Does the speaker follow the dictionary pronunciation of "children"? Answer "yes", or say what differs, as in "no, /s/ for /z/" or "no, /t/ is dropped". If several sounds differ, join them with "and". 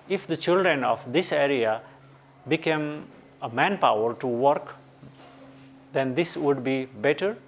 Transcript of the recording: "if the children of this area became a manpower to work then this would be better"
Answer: yes